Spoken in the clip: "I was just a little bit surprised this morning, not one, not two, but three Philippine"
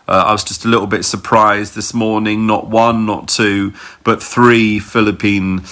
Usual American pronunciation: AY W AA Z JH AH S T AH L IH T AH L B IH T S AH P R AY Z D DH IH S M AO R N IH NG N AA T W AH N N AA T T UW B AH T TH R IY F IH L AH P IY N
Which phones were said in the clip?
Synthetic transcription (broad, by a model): AY W AA Z JH AH S T AH L IH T L B IH T S AH P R AY Z DH IH S M AO N IH NG N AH T W AH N N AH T T UW B AH T TH R IY F IH L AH P IY N